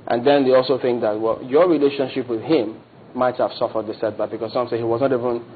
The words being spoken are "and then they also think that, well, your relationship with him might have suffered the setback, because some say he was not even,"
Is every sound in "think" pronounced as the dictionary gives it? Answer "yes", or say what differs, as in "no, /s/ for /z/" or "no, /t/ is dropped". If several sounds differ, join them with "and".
yes